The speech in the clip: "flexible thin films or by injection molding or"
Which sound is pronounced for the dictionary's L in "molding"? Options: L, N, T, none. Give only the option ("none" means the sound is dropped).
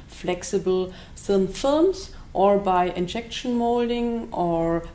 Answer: L